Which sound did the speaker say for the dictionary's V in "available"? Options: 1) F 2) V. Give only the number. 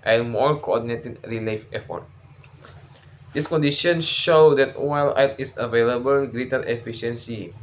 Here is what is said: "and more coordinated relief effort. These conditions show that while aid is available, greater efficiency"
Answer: 2